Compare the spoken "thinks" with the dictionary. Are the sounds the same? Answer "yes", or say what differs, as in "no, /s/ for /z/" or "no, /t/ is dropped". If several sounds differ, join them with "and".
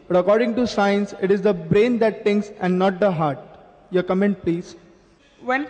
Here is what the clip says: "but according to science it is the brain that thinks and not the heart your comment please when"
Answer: no, /t/ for /θ/